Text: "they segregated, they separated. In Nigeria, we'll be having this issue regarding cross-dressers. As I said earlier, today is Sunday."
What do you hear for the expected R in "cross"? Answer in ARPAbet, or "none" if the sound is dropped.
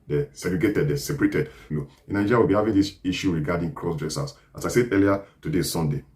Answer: R